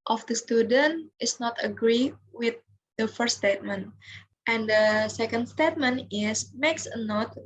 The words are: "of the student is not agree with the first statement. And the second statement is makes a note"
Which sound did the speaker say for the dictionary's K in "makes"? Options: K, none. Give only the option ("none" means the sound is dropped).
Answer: K